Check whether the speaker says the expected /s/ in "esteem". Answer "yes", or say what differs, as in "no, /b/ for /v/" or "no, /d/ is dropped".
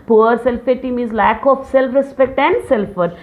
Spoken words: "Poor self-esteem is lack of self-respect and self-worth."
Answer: no, /s/ is dropped